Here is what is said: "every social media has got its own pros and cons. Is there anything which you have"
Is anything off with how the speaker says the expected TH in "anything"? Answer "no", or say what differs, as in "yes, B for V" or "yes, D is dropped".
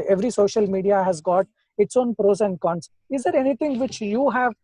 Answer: yes, T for TH